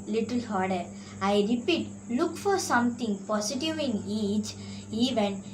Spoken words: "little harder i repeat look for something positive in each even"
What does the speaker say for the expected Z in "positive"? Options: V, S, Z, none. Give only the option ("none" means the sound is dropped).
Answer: S